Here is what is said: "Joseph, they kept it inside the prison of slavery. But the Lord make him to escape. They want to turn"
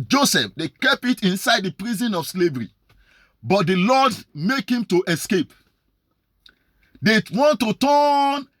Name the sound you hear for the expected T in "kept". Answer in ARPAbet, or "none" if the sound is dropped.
none